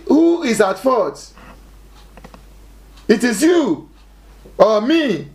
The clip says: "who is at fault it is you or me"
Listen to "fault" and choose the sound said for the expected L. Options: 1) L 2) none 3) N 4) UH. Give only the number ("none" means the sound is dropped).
2